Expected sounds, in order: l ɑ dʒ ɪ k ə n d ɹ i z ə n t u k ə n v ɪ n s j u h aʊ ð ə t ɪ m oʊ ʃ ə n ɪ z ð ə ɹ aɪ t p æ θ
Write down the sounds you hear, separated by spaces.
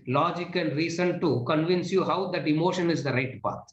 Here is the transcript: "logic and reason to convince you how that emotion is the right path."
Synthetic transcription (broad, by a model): l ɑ dʒ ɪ k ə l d ɹ i s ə n t u k ə n v ɪ n s j u h aʊ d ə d ɪ m oʊ ʃ ə n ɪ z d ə ɹ aɪ t p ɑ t